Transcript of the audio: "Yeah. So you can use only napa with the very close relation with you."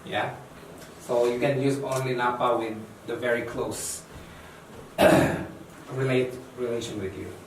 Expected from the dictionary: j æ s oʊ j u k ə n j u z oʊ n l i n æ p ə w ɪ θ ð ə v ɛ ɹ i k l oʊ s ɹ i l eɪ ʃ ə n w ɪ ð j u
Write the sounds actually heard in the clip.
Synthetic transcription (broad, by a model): j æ s oʊ j u k ə n j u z oʊ n l i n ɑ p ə w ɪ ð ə v ɛ ɹ i k l oʊ s ɹ i l eɪ ʃ ə n w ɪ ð j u